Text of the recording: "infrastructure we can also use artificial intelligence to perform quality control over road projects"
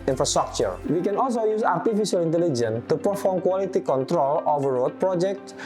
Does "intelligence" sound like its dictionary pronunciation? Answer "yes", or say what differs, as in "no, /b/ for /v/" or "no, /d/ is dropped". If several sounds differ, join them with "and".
no, /s/ is dropped